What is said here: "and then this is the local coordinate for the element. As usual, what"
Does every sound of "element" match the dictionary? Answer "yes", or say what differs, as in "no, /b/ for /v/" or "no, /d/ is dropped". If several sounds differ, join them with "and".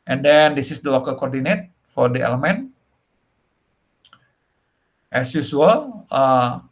yes